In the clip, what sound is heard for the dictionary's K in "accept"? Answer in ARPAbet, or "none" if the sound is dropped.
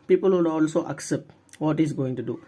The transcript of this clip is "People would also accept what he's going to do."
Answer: K